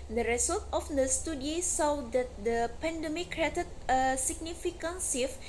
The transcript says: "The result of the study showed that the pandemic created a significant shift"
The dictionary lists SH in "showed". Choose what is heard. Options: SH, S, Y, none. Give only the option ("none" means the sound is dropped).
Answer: S